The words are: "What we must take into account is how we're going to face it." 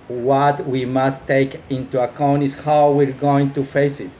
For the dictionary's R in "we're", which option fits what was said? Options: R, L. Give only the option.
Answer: R